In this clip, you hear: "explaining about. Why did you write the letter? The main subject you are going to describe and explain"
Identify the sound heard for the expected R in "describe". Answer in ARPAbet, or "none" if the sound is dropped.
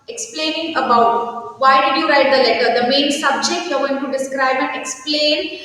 R